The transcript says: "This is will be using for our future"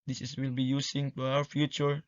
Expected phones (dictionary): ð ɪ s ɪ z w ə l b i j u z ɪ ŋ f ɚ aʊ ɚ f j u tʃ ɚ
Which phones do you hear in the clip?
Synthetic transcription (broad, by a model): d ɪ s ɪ s w ə l b i j u s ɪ ŋ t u aʊ ɚ f j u tʃ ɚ